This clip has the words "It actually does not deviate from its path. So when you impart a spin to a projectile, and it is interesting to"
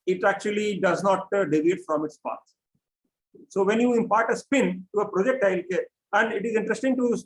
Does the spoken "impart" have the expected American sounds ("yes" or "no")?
yes